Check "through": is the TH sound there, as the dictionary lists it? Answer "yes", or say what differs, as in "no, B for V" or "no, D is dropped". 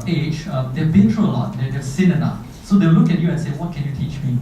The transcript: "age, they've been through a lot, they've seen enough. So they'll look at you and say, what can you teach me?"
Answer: no, T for TH